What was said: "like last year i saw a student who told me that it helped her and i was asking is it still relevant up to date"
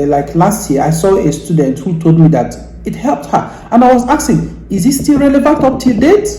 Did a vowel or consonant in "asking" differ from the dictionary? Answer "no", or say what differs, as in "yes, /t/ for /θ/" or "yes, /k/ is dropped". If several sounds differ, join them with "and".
yes, /k/ is dropped